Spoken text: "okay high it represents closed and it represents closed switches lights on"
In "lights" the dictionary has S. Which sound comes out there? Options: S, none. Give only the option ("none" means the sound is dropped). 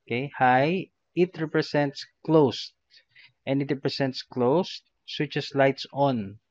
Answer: S